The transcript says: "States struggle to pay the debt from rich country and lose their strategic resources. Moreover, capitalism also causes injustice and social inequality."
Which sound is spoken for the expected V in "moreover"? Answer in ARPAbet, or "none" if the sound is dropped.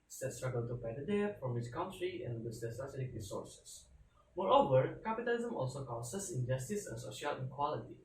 V